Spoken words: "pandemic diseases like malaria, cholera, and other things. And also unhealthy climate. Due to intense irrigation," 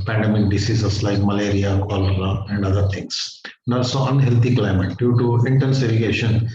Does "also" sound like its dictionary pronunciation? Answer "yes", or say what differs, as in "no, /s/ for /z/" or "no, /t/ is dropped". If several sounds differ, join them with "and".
no, /l/ is dropped